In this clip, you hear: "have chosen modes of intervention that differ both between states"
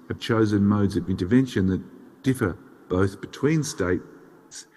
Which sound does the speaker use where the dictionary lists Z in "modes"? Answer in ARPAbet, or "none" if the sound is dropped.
Z